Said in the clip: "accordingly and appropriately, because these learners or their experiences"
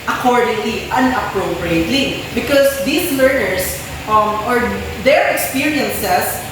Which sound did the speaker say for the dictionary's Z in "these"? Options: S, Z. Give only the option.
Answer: S